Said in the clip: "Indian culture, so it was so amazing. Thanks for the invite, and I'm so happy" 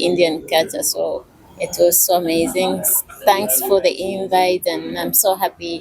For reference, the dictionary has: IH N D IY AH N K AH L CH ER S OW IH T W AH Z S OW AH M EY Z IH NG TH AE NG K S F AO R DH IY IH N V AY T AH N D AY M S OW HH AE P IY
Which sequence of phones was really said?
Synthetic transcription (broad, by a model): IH N D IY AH N K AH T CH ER S OW IH T W AH Z S OW AH M EY Z IH NG TH AE NG K S F AO R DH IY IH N V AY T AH N AY M S OW HH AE P IY